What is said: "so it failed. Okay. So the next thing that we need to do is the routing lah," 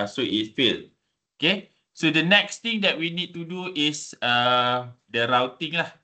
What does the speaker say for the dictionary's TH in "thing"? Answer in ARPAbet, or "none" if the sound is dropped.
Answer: T